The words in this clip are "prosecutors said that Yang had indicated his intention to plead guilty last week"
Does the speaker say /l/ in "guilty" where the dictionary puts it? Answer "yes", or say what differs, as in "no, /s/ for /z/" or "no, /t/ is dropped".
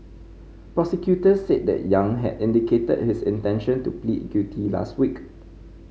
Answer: no, /l/ is dropped